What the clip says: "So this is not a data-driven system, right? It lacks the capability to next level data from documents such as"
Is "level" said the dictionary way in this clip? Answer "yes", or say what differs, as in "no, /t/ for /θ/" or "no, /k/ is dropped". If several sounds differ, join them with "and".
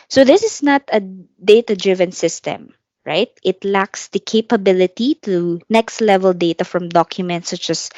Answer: yes